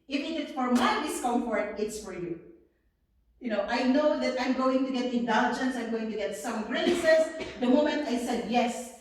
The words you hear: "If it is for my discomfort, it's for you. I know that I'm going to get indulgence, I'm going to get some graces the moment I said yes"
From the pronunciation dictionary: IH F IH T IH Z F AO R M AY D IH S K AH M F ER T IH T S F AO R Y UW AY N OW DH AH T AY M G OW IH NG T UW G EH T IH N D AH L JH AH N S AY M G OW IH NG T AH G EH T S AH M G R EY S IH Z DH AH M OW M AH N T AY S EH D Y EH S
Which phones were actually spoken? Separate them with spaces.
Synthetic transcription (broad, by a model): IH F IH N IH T F AO R M AY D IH S K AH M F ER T IH T S F AO R Y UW AY N OW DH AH T AY M G OW IH NG T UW G EH T IH N D AH L JH AH N S AY M G OW IH NG T AH G EH T S AH M G R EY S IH S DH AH M OW M AH N T AY S EH D Y EH S